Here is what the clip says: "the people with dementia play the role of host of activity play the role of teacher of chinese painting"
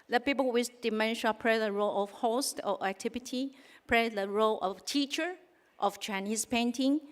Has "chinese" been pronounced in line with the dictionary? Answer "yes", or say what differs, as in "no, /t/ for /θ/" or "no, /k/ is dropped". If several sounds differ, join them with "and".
no, /s/ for /z/